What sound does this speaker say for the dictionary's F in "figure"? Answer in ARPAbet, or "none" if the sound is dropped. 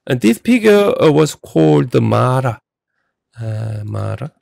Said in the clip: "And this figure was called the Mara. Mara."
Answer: P